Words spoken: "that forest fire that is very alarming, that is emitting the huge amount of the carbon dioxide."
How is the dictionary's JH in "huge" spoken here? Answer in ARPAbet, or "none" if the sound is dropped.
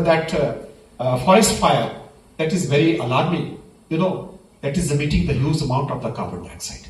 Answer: Z